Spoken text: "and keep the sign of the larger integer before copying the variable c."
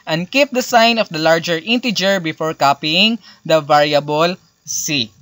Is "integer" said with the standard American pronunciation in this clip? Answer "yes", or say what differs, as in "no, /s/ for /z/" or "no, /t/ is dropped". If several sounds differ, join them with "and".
yes